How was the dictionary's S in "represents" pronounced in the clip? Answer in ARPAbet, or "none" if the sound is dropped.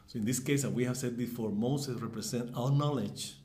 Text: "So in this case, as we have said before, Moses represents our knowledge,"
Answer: none